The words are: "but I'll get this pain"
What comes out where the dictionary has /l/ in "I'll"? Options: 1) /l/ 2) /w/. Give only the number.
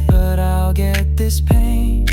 1